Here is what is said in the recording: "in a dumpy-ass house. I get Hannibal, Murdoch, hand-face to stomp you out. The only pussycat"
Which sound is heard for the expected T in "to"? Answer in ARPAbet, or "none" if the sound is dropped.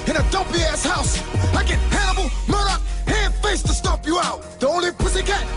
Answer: T